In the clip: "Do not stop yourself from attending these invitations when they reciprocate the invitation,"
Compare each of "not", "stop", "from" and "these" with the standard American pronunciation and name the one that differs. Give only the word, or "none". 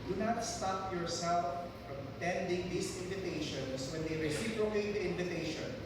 these